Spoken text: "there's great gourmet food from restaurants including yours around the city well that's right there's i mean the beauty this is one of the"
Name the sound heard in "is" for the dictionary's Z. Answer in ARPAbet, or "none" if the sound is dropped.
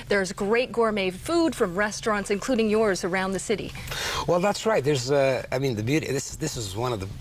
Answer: Z